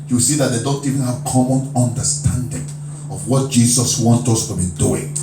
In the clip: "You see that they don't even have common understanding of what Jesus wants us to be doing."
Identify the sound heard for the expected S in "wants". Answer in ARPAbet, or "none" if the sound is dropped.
none